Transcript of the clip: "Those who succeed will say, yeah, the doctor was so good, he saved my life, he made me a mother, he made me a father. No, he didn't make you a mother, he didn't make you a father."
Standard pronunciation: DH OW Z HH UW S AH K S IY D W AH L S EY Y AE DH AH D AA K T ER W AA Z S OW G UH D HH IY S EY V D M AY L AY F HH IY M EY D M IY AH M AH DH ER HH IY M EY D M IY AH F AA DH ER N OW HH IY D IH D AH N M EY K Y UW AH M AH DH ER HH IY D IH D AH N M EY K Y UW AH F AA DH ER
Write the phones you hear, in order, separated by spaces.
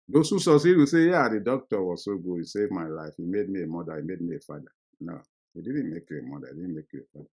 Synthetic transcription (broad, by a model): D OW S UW S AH S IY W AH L S EY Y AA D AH D AA K T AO W AA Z S OW G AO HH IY S EY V M AY L AY F HH IY M EY D M IY AH M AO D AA HH IY M EY D M IY AH F AA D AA N OW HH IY D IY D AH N M EY K Y UW AH M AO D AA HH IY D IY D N M EY K Y UW AH F AA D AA